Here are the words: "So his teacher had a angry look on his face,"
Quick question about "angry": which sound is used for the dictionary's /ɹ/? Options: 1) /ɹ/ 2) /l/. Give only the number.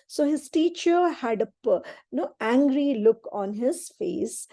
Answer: 1